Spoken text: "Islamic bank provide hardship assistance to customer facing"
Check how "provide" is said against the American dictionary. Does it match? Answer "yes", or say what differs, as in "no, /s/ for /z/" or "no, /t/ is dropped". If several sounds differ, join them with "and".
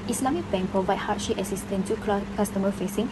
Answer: no, /ɹ/ is dropped and /b/ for /v/